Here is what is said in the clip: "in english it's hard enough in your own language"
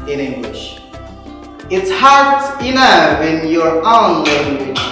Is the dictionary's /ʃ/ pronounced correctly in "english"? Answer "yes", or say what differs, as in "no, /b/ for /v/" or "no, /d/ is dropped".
yes